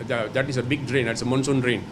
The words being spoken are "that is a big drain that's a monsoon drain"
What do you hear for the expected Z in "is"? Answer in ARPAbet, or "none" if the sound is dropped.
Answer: S